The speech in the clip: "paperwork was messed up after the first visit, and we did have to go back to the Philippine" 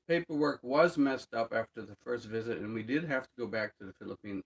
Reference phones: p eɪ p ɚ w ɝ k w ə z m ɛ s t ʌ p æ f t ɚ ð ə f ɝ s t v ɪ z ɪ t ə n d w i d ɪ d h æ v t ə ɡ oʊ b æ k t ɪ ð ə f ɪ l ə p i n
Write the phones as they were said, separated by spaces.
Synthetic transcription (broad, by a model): p eɪ p ɚ w ɝ k w ə z m ɛ s t ʌ p æ f t ɚ ð ə f ɝ s t v ɪ z ɪ t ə n w i d ɪ d h æ f t ə ɡ oʊ b æ k t ɪ ð ə f ɪ l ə p i n